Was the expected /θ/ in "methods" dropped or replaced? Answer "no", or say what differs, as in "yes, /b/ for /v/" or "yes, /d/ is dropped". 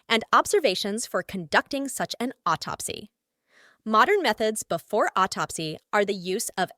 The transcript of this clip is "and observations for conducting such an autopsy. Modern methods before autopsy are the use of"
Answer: no